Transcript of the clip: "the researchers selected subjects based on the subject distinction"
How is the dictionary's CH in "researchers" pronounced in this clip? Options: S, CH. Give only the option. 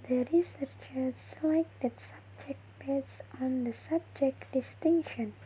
CH